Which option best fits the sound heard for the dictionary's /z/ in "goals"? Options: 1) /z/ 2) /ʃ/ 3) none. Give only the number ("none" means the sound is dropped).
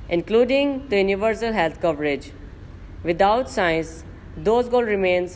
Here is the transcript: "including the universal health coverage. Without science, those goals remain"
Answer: 3